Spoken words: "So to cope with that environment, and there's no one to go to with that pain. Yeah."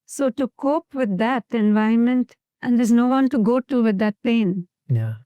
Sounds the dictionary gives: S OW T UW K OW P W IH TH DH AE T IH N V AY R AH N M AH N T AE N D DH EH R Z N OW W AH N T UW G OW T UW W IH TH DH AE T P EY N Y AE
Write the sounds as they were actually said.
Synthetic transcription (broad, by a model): S OW T UW K OW P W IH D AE T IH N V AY AH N M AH N T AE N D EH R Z N OW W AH N T UW G OW T UW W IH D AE T P EY N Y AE